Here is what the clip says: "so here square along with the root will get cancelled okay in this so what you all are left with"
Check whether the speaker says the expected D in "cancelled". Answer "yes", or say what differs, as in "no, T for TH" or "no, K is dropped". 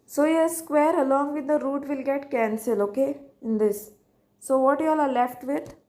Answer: no, D is dropped